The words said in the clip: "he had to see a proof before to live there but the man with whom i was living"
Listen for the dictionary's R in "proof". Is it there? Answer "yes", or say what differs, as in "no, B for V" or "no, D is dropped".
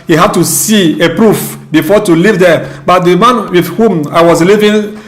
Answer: yes